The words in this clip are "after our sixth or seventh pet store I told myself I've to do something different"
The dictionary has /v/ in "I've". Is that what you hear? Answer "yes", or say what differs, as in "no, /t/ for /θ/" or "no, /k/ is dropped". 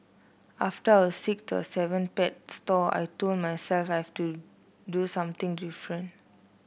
no, /f/ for /v/